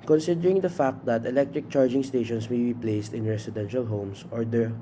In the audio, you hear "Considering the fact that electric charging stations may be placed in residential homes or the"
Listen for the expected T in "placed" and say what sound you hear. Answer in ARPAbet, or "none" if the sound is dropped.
T